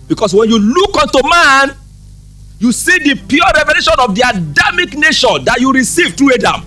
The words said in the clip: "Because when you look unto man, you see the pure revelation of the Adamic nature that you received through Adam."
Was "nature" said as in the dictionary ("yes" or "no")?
no